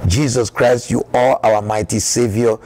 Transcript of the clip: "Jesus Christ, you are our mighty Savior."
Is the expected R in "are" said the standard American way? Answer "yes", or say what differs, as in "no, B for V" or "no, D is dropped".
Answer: no, L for R